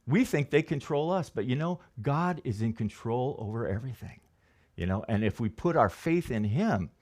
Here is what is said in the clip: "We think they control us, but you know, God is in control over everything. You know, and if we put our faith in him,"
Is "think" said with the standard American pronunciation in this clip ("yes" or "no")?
yes